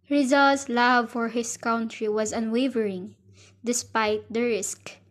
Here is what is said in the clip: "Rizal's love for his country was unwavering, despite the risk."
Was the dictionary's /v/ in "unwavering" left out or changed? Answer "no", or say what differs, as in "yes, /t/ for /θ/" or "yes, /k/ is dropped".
no